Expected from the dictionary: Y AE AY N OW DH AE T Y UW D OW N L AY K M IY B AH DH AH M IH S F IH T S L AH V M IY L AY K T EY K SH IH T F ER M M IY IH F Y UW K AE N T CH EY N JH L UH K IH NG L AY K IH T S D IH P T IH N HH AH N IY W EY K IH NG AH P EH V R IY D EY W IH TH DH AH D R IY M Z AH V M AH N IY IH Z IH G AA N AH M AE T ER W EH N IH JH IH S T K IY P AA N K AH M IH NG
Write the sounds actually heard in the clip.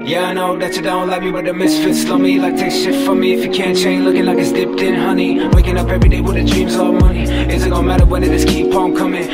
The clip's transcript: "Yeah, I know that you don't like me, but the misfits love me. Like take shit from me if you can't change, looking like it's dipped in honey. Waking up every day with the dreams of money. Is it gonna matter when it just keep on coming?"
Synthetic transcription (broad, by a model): Y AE AY N OW DH AE T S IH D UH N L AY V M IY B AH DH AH M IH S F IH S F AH M IY L AY K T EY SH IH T F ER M M IY IH F Y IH K AE N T CH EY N L UH K IH NG L AY K IH T S D IH P T IH N HH AH N IY W EY K IH NG AH P EH V R IY D EY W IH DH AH D R IY M Z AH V M AH N IY IH Z IH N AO AH M AE T ER W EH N IH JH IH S K IY P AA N K AH M IH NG